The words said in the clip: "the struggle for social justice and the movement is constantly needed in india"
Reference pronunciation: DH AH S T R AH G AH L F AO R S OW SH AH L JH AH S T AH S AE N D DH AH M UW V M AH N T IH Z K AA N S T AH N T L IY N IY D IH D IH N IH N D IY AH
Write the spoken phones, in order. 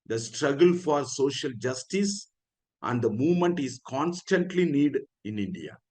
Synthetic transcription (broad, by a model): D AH S T R AH G AH L F AO R S OW SH AH L JH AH S T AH S AE N D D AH M UW V M AH N T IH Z K AA N S T AH N T L IY N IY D D IH N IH N D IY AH